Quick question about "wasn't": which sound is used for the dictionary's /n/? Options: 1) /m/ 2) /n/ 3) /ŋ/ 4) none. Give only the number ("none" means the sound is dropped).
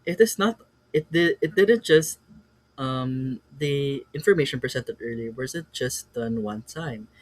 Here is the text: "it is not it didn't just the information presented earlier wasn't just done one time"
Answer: 4